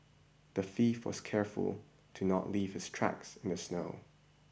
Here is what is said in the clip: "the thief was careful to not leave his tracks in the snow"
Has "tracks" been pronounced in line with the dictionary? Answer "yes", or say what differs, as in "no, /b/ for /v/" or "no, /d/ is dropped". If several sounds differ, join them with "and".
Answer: yes